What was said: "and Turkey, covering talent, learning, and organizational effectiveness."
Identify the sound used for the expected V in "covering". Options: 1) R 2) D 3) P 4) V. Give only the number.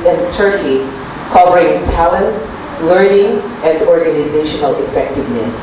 3